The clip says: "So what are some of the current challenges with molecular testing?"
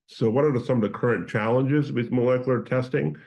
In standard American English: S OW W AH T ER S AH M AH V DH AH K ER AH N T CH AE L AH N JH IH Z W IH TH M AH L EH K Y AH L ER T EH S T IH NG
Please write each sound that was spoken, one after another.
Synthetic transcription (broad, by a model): S OW W AH T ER S AH M AH V DH AH K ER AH N CH AE L AH N JH IH Z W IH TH M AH L EH K Y L ER T EH S T IH NG